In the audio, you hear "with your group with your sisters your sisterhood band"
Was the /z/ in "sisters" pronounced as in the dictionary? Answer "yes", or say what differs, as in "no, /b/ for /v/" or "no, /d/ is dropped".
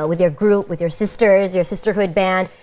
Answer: yes